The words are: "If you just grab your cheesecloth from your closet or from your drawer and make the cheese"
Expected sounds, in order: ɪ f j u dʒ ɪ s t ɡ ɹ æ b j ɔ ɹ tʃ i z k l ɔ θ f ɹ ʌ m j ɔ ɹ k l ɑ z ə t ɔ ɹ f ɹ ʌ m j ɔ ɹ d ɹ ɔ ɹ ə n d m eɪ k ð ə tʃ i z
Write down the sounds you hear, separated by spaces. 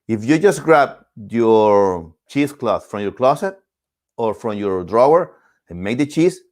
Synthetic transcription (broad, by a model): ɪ f j u dʒ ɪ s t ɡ ɹ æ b j ɔ ɹ tʃ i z k l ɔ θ f ɹ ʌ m j ɔ ɹ k l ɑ s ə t ɔ ɹ f ɹ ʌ m j ɔ ɹ d ɹ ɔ ɹ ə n m eɪ k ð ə tʃ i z